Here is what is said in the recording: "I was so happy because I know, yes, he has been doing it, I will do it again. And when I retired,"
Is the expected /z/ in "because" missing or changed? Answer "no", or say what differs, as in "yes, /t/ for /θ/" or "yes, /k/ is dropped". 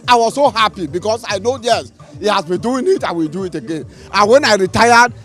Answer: yes, /s/ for /z/